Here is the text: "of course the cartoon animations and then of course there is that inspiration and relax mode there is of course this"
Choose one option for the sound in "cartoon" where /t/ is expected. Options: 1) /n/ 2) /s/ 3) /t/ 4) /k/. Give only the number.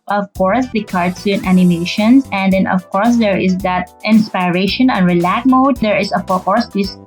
2